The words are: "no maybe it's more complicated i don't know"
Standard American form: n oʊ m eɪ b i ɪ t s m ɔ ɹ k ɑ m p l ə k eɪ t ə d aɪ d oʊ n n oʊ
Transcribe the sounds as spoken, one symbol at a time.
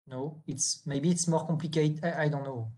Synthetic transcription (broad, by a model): n oʊ m eɪ b i t s m ɔ ɹ k ɑ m p l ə k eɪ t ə aɪ d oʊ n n oʊ